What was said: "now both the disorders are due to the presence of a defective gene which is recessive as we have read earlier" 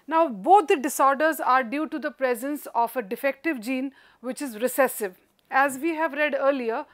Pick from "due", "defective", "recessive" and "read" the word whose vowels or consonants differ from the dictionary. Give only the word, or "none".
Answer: none